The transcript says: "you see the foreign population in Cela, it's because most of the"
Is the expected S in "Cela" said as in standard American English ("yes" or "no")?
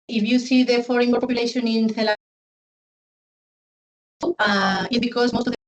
no